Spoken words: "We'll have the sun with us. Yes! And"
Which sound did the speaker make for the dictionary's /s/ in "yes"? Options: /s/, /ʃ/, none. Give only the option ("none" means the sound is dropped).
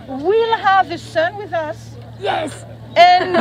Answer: /s/